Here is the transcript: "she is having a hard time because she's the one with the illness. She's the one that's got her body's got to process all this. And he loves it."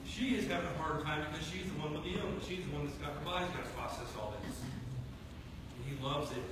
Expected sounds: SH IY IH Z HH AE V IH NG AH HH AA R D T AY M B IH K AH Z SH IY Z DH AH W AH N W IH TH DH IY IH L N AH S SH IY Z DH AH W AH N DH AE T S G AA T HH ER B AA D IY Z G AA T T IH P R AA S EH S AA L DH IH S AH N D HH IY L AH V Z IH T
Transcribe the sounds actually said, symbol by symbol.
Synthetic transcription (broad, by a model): SH IY IH Z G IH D AH HH AA R D T AY M B IH K AH Z SH IY Z DH AH W AH N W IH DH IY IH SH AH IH Z DH AH W AH N DH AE T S G AA T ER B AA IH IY Z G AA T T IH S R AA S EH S AA L DH IH S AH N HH IY L AH V Z IH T